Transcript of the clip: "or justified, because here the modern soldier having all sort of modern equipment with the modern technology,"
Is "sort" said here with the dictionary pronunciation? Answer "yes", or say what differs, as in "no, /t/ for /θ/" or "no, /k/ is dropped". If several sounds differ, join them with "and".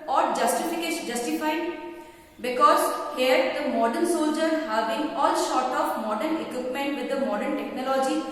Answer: no, /ʃ/ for /s/